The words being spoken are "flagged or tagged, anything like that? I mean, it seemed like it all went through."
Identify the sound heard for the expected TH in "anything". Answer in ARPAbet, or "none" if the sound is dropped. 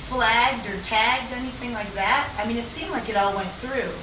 TH